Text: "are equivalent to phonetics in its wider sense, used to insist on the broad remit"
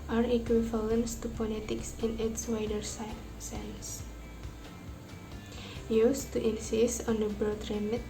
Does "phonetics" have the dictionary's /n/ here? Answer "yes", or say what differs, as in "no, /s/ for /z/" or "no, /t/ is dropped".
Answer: no, /l/ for /n/